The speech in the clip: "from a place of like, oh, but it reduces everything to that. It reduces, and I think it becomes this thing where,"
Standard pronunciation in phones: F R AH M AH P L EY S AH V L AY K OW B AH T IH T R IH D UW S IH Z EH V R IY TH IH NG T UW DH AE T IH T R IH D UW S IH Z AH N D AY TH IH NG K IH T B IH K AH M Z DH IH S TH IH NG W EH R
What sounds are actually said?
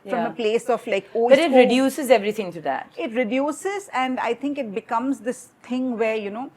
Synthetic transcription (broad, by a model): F R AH M AH P L EY S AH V L AY K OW B AH T IH T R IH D UW S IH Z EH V R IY T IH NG T UW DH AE T IH T R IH D UW S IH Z AH N D AY T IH NG K IH T B IH K AH M Z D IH S T IH NG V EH R